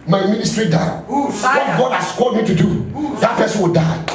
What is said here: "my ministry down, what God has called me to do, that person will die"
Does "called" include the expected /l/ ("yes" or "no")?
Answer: no